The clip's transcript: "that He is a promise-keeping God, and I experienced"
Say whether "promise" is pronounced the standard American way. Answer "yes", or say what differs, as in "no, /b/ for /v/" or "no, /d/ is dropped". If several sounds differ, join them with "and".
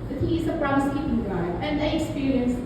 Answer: no, /b/ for /p/